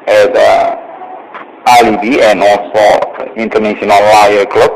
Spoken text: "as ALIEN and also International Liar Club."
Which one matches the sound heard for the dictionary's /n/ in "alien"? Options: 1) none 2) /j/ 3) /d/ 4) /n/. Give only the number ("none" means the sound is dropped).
1